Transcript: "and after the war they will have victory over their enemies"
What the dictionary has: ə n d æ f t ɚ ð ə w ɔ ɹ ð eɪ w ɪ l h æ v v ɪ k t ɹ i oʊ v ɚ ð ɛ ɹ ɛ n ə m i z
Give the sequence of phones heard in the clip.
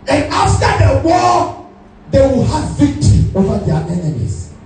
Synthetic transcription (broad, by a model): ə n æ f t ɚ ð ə w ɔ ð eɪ w ɪ l h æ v v ɪ k t ɹ i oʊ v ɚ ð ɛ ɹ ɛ n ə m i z